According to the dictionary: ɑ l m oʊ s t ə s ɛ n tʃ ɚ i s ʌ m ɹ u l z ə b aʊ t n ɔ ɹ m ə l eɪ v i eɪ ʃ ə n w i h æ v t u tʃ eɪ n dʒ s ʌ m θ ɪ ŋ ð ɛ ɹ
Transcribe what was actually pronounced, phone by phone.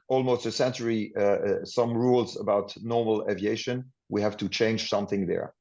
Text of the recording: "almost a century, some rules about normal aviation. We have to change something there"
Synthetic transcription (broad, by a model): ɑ l m oʊ s t ə s ɛ n tʃ ɚ i s ʌ m ɹ u l z ə b aʊ t n ɔ ɹ m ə l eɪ v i eɪ ʃ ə n w i h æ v t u tʃ eɪ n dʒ s ʌ m θ ɪ ŋ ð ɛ ɹ